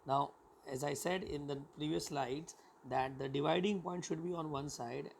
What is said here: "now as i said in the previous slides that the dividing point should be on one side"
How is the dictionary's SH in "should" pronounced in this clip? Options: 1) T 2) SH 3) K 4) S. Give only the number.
2